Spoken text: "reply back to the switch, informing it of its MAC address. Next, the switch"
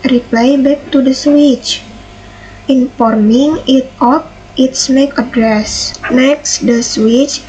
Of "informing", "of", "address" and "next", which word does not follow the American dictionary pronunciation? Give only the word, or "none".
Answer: of